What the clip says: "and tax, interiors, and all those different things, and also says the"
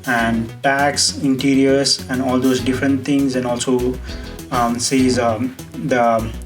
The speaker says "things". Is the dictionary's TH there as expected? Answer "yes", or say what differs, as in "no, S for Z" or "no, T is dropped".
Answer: no, T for TH